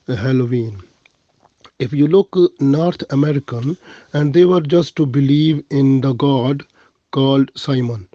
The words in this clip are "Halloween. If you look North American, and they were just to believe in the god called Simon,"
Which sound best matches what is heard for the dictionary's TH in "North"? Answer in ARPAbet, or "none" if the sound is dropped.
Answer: T